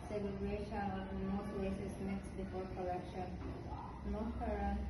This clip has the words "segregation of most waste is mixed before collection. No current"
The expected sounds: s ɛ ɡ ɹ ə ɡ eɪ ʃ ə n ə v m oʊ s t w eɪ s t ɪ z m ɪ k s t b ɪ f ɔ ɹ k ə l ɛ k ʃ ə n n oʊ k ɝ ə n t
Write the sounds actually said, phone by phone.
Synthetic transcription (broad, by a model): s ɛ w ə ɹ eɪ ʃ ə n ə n m oʊ s t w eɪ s ɪ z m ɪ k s b ɪ f ɔ ɹ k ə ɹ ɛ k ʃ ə n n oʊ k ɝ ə